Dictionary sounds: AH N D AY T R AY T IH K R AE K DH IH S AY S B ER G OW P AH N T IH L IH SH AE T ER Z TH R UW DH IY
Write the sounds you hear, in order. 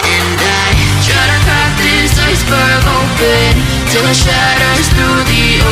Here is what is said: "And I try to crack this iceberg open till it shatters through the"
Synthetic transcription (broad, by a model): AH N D AY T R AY T IH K AE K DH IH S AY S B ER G OW P AH N T IH L IH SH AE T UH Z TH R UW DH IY